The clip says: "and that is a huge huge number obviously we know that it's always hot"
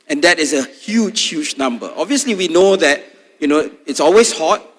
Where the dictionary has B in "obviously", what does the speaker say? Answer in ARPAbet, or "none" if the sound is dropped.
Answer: B